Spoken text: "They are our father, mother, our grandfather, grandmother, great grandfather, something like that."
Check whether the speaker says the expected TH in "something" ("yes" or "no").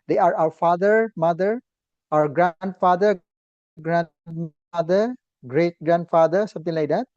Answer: no